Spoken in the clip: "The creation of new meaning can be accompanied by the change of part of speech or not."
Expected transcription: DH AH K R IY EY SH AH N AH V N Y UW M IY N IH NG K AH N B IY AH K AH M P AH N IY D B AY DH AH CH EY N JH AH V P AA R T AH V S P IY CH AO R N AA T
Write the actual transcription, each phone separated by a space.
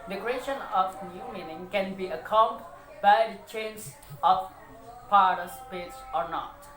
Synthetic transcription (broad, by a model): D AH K R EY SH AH N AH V N Y UW M IY N IH NG K AH N B IY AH K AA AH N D B AY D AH CH EY N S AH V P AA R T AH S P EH S AO R N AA T